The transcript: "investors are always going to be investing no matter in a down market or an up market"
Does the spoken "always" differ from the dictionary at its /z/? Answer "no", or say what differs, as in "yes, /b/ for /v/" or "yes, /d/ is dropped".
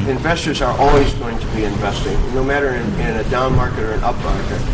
no